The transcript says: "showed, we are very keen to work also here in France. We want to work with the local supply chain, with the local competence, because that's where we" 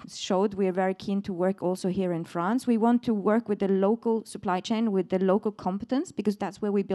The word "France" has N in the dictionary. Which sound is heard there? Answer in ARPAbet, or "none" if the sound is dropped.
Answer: N